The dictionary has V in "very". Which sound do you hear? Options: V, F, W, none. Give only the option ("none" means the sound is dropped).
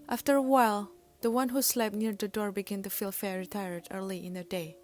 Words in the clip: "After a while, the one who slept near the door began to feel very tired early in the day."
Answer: F